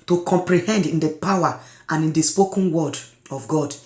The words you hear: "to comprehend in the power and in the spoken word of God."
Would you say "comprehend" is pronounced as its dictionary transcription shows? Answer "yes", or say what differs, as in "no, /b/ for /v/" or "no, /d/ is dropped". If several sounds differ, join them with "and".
yes